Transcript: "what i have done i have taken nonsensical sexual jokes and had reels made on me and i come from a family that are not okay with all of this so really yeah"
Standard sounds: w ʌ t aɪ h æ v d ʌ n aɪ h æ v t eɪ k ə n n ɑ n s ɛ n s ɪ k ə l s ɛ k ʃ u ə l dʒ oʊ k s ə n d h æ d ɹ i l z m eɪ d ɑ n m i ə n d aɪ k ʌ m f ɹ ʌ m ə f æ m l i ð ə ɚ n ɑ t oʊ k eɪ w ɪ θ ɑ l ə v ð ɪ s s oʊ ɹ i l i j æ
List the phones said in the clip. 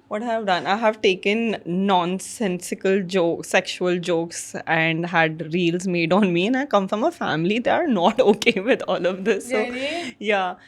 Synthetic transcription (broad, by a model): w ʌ t aɪ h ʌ v d ʌ n aɪ h æ v t eɪ k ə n n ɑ n s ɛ n s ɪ k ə l s ɛ k ʃ u ə l dʒ oʊ k s ə n d h æ d ɹ i l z m eɪ d ɑ n m i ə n aɪ k ʌ m f ɹ ʌ m ə f æ m l i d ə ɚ n ɑ t oʊ k eɪ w ɪ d ɑ l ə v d ɪ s s oʊ j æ